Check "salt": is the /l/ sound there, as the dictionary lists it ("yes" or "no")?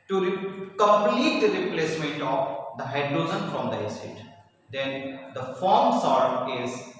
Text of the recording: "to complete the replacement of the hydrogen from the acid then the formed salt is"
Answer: no